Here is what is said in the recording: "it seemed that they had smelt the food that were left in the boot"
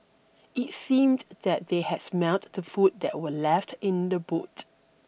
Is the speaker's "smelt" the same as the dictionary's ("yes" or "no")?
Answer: no